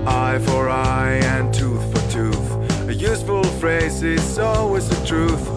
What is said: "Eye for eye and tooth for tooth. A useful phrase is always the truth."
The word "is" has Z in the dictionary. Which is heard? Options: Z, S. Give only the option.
S